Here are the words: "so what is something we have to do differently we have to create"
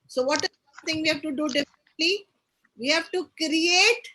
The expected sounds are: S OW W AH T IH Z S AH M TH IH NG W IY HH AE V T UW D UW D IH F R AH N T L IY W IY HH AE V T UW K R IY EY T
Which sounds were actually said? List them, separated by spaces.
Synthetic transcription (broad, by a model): S OW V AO T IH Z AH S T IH NG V IY HH AE V T UW D UW D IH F AH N T L IY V IY HH AE V T UW K R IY EY T